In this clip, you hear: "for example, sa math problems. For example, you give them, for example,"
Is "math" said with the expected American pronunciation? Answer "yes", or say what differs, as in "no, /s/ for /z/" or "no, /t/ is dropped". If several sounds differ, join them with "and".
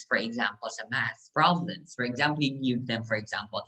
no, /s/ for /θ/